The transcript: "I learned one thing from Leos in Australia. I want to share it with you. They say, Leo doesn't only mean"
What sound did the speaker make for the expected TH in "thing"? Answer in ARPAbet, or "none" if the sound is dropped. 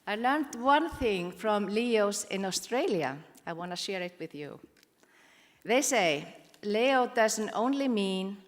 TH